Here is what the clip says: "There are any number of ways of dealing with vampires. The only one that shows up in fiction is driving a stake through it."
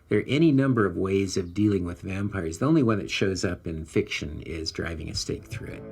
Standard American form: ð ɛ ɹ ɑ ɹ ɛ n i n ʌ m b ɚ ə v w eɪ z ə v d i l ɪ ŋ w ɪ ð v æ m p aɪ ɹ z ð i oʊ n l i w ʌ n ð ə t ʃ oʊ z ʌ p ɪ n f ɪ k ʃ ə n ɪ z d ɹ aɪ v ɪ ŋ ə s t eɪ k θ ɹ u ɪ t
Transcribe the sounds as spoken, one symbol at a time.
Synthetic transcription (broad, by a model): ð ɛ ɹ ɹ ɛ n i n ʌ m b ɚ ə v w eɪ z ə v d i l ɪ ŋ w ɪ ð v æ m p aɪ ɹ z ð i oʊ n l i w ʌ n ð ə t ʃ oʊ z ʌ p ɪ n f ɪ k ʃ ə n ɪ z d ɹ aɪ v ɪ ŋ ə s t eɪ k θ ɹ u ɪ t